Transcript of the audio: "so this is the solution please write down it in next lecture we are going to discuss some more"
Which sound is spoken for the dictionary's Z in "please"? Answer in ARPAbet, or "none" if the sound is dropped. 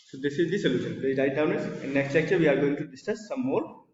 none